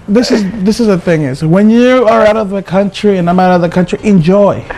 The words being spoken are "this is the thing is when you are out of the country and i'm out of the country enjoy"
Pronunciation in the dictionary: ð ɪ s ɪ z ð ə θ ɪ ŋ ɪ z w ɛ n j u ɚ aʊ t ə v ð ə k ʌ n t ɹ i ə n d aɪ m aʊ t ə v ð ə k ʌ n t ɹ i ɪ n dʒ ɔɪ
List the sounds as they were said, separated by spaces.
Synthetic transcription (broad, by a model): ð ɪ s ɪ z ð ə θ ɪ ŋ ɪ z w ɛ n j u ɚ aʊ t ə v ð ə k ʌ n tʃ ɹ i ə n aɪ m aʊ t ə v ð ə k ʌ n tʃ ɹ i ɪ n dʒ ɔɪ